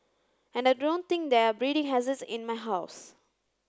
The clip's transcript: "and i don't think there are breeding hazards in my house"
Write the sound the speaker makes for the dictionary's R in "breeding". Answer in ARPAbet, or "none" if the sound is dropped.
R